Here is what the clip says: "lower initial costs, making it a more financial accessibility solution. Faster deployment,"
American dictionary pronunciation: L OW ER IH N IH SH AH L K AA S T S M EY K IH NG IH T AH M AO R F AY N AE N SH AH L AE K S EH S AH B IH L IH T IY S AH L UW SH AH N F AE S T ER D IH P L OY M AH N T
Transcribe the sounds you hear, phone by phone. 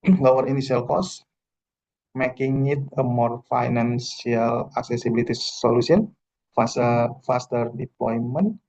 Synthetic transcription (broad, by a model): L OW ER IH N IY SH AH L K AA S S M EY K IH NG IH T AH M AO R F AY N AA N S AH L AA K S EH S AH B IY L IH T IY S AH L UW S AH N F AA S T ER D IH P L OY M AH N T